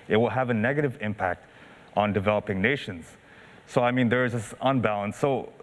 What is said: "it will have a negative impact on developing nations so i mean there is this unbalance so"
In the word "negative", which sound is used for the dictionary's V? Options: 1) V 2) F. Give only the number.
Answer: 1